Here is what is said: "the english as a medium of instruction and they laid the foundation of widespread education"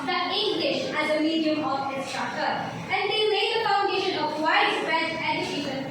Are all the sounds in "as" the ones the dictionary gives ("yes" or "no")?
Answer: yes